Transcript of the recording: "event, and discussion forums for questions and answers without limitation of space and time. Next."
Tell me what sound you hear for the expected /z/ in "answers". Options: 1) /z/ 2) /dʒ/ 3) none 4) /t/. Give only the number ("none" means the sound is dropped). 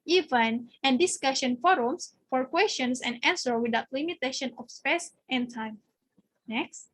3